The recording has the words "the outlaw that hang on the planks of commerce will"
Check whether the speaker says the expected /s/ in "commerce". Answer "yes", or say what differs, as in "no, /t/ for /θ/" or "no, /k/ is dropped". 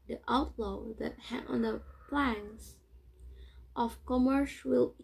no, /ʃ/ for /s/